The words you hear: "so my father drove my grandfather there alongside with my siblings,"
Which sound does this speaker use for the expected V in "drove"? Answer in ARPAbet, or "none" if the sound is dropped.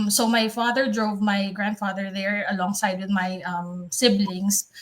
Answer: V